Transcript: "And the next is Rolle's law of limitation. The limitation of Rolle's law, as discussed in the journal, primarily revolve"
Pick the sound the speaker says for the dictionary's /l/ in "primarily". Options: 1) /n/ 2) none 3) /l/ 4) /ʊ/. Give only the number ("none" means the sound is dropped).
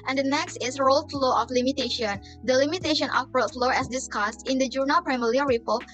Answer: 2